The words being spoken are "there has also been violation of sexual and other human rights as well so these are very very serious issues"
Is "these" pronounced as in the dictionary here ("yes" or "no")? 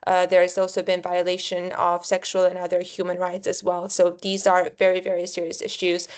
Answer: yes